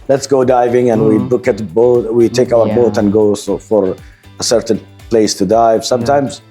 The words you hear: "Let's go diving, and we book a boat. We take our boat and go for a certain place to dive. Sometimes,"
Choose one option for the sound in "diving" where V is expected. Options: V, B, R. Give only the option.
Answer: V